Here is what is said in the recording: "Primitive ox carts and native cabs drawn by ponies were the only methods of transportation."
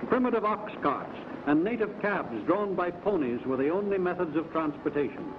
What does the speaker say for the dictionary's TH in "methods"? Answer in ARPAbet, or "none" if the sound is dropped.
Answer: TH